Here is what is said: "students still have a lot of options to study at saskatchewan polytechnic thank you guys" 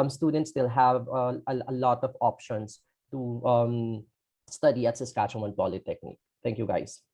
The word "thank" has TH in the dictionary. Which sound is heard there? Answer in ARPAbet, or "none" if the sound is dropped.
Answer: T